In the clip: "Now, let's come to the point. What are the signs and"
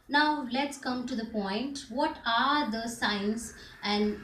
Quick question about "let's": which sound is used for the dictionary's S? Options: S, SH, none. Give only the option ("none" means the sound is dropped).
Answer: S